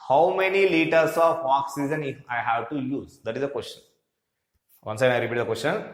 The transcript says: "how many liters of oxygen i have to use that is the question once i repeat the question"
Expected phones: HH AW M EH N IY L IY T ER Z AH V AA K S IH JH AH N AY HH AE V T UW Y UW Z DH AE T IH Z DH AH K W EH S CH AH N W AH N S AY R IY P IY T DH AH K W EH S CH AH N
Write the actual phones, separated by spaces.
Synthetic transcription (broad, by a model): HH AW M EH N IY L IY T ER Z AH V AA K S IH Z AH N AY HH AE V T UW Y UW Z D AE T IH Z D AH K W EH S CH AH N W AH N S AY R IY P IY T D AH K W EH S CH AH N